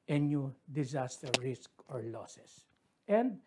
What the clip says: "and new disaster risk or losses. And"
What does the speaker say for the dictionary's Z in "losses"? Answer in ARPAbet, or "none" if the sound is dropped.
S